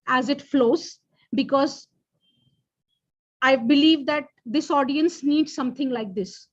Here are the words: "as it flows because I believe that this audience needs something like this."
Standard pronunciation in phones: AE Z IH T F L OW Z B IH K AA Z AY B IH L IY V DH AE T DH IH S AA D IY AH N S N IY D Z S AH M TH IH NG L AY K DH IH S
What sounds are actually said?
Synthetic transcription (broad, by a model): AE Z IH T F L OW Z B IH K AA Z AY B IH L IY V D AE T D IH S AA D IY AH N S N IY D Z S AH M T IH NG L AY K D IH S